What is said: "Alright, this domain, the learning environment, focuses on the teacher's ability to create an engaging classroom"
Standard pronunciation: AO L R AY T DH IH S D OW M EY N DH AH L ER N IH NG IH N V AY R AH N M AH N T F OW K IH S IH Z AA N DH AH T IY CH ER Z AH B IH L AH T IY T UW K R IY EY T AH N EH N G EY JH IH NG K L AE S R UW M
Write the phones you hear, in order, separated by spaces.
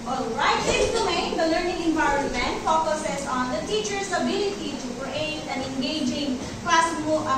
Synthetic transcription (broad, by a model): AO L R AY T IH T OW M EY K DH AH L ER N IH NG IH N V AY R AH N M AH N T F OW K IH S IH S AA N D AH T IY CH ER S AH B IH L AH T IY T UW K R IY EY T AH N EH N G EY JH IH NG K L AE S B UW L